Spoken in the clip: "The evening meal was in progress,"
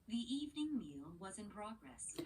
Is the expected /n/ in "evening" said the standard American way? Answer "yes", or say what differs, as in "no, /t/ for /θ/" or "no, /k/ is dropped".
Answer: yes